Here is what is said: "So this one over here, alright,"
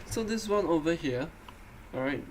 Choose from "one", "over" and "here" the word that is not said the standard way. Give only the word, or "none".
none